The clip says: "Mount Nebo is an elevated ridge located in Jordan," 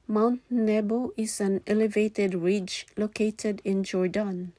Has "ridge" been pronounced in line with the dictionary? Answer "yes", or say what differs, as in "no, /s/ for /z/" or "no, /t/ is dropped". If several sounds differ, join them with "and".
yes